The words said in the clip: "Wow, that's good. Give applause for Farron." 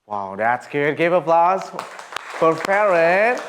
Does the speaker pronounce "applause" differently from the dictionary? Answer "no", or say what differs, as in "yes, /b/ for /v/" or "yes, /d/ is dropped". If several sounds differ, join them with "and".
no